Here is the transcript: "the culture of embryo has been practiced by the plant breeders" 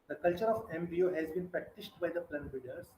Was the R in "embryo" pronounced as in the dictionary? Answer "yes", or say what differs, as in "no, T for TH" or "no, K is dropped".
no, R is dropped